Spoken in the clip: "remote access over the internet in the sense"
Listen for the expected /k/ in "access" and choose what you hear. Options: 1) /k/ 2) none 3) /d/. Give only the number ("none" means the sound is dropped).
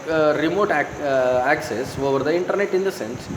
1